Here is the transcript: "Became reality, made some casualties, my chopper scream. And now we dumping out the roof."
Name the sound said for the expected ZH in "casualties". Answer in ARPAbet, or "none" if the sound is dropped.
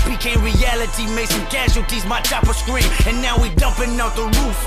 SH